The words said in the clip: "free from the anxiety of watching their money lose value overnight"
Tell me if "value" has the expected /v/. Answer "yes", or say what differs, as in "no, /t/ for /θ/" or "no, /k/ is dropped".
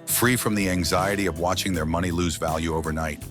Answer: yes